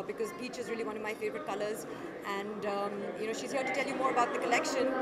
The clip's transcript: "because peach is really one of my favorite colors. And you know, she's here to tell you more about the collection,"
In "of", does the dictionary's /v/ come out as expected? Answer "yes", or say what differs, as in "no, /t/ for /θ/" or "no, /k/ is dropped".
yes